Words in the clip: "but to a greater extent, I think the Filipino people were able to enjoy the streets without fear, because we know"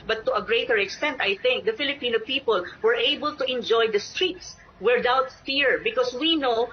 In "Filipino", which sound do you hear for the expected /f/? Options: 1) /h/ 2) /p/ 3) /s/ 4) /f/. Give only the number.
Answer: 4